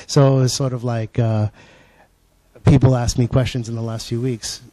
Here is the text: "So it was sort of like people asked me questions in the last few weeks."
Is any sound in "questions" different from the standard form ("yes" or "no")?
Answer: no